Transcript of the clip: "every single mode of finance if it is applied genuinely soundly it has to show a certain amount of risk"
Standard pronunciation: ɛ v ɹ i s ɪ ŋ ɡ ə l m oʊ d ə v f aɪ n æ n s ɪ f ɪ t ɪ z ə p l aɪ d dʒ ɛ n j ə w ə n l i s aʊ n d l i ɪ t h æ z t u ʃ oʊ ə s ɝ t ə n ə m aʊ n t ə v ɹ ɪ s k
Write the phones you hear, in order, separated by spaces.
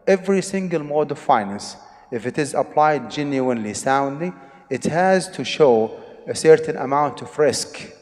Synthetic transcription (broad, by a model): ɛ v ɹ i s ɪ ŋ ɡ ə l m oʊ d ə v f aɪ n æ n s ɪ f ɪ t ɪ z ə p l aɪ d dʒ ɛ n j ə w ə n l i s aʊ n d l i ɪ t h æ z t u ʃ oʊ ə s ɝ t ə n ə m aʊ n t ə v ɹ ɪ s k